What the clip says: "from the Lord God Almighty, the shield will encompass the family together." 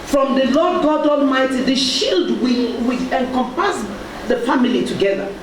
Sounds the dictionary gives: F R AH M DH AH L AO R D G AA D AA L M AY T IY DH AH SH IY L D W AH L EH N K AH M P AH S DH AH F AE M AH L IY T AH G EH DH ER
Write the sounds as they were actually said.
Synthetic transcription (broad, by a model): F R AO M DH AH L AO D G AA D AA L M AY T IY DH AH SH IY L D W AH W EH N K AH M P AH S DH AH F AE M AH L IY T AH G EH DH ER